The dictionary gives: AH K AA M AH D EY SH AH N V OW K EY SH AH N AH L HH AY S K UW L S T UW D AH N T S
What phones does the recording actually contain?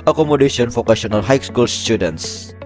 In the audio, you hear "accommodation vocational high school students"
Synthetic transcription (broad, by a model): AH K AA M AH D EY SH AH N F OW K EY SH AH N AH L HH AY S K UW L S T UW D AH N T S